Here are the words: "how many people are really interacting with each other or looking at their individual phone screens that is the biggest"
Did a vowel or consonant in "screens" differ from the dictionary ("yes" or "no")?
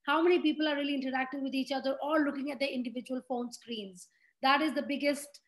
no